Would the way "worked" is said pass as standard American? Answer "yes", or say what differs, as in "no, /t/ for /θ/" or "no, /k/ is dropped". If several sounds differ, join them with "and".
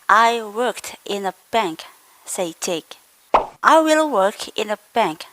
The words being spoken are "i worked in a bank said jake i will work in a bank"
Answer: yes